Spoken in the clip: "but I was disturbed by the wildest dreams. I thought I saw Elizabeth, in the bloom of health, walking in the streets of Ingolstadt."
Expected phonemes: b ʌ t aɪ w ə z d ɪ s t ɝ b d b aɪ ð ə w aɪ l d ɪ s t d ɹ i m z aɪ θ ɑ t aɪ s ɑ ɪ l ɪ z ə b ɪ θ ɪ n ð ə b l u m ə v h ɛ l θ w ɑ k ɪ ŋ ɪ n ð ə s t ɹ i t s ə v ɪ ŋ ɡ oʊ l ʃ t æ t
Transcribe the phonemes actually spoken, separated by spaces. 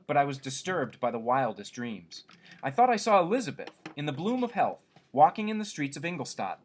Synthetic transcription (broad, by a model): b ʌ t aɪ w ə z d ɪ s t ɝ b d b aɪ ð ə w aɪ l d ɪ s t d ɹ i m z aɪ θ ɑ t aɪ s ɑ ɪ l ɪ z ə b ɪ θ ɪ n ð ə b l u m ə v h ɛ l θ w ɑ k ɪ ŋ ɪ n ð ə s t ɹ i t s ə v ɪ ŋ ɡ l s t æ t